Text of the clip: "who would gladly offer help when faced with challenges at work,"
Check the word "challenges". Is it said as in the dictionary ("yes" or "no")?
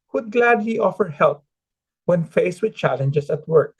no